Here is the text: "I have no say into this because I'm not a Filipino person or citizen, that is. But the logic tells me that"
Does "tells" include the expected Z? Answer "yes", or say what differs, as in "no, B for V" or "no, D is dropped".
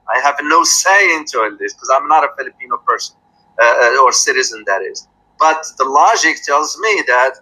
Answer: yes